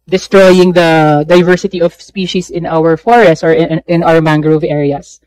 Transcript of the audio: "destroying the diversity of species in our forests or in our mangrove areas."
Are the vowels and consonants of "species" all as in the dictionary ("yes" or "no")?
no